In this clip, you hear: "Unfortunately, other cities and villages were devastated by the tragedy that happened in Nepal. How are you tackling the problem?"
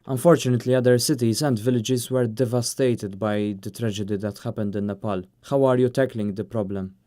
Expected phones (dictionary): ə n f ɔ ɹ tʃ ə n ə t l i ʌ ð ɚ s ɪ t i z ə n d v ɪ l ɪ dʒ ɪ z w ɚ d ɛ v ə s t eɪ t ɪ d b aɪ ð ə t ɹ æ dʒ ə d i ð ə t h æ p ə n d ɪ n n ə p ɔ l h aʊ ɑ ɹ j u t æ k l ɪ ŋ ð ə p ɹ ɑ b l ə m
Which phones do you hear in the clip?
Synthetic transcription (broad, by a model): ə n f ɔ ɹ tʃ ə n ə t l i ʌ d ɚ s ɪ t i z ə n d v ɪ l ɪ dʒ ɪ z w ɚ d ɛ v ə s t eɪ t ɪ d b aɪ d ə t ɹ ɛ dʒ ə d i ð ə t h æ p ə n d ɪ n n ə p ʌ l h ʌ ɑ ɹ j u t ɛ k l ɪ ŋ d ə p ɹ ɑ b l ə m